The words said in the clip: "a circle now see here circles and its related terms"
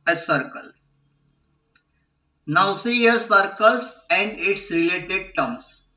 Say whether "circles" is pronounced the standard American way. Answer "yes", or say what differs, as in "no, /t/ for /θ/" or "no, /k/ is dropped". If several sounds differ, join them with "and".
no, /s/ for /z/